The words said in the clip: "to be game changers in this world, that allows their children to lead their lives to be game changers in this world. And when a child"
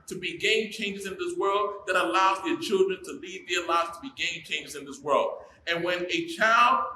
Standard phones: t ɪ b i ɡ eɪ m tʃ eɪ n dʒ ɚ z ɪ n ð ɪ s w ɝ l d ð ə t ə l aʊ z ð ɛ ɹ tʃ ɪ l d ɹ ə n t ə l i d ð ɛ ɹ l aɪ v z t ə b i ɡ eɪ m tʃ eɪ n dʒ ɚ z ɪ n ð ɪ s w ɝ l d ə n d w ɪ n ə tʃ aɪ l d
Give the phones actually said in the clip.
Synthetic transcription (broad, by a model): t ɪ b i ɡ eɪ m tʃ eɪ n dʒ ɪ z ɪ n ð ɪ s w ɝ l d ð ə t ə l aʊ z ð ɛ ɹ tʃ ɪ l d ɹ ə n t ə l i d ð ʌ ɹ l aɪ v z t ə b i ɡ eɪ m tʃ eɪ n dʒ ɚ z ɪ n ð ɪ s w ɝ l d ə n w ɪ n ə tʃ aɪ l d